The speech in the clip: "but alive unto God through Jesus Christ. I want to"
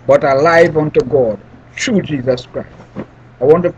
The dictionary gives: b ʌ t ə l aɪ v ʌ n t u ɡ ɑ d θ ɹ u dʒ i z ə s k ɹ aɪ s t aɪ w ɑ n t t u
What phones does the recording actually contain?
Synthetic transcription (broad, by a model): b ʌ t ə l aɪ v ʌ n t u ɡ ɑ d t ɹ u dʒ i z ə s k ɹ aɪ s t aɪ w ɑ n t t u